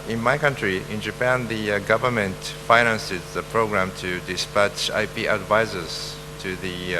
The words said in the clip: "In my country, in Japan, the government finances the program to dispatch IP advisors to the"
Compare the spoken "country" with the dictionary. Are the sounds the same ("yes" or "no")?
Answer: yes